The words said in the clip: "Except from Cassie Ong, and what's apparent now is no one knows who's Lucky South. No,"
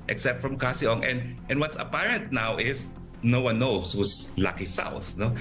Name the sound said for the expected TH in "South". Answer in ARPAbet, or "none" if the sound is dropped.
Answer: TH